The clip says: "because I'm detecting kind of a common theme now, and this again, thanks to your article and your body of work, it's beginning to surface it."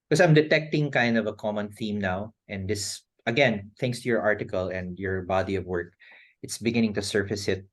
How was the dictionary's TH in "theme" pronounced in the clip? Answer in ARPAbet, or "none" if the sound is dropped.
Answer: TH